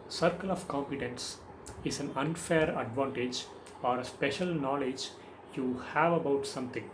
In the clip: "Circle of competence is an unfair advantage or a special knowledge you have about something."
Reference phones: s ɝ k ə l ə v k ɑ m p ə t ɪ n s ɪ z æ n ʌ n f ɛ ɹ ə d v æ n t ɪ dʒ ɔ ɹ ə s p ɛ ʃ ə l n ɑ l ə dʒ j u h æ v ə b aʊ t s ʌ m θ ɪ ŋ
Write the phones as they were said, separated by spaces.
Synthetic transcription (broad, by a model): s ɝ k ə l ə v k ɑ m p ə t ɪ n s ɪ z æ n ʌ n f ɛ ɹ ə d v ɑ n t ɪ dʒ ɔ ɹ ə s p ɛ ʃ ə l n ɑ l ə dʒ j u h æ v ə b aʊ t s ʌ m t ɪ ŋ